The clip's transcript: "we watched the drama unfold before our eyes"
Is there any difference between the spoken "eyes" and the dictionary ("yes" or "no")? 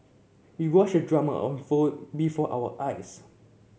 yes